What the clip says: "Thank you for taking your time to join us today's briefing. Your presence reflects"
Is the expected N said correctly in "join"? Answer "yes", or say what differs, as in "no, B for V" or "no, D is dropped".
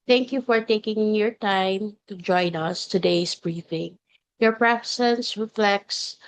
yes